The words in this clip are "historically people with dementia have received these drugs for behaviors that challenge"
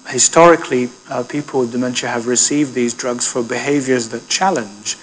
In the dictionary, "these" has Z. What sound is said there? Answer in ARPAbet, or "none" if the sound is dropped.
Z